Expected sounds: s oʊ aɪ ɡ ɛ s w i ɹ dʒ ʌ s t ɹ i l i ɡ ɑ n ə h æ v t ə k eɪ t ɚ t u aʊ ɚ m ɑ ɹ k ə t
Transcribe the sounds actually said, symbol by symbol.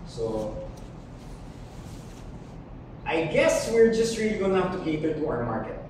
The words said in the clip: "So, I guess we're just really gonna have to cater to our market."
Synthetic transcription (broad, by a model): s oʊ aɪ ɡ ɛ s w i ɹ dʒ ʌ s t ɹ i l i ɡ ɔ ə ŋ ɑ f t ə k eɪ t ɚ t u aʊ ɚ m ɑ ɹ k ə t